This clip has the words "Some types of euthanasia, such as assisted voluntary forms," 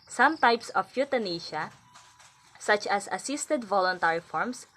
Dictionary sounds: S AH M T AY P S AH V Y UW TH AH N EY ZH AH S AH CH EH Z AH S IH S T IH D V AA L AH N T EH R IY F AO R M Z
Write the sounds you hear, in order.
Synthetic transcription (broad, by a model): S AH M T AY P S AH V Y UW T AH N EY SH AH S AH CH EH S AH S IH S T IH D V AA L AH N T EH R IY F AO R M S